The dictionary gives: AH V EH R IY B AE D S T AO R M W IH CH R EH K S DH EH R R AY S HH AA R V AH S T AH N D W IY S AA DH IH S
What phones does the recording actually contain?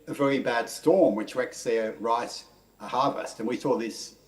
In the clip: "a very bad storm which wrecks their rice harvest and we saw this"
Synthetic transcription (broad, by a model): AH V EH R IY B AE D S T AO R M W IH CH R EH K S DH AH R R AY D HH AA R V AH S T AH N W IY S AA DH IH S